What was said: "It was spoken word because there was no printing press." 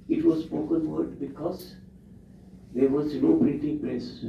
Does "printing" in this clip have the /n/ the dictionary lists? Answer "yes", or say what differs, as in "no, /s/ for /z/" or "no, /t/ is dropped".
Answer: no, /n/ is dropped